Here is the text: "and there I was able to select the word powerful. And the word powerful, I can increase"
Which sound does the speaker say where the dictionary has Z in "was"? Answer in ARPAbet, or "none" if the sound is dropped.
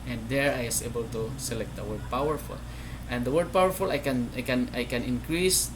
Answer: S